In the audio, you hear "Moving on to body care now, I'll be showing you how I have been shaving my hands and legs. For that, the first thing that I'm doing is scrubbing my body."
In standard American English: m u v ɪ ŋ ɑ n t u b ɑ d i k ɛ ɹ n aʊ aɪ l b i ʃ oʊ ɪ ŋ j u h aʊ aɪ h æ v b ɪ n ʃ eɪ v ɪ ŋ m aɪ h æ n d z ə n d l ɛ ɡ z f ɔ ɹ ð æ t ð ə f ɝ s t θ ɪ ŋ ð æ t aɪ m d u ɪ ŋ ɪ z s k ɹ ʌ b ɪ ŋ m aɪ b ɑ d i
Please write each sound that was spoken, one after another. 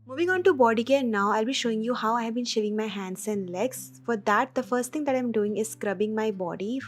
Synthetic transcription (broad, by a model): m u v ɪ ŋ ɑ n t u b ɑ d i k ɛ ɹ n aʊ aɪ l b i ʃ oʊ ɪ ŋ j u h aʊ aɪ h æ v b ɪ n ʃ eɪ v ɪ ŋ m aɪ h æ n d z ə n d l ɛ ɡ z f ɔ ɹ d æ t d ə f ɝ s t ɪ ŋ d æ t aɪ m d u ɪ ŋ ɪ z s k ɹ ʌ b ɪ ŋ m aɪ b ɑ d i